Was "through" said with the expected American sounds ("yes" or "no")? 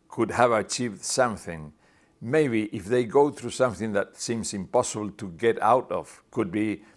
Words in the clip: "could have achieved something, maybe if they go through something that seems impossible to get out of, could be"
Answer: yes